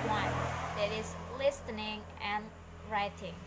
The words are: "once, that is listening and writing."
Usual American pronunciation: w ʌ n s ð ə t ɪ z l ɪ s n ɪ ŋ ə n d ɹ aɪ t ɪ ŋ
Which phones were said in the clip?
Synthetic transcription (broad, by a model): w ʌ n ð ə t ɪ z l ɪ s n ɪ ŋ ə n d ɹ aɪ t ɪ ŋ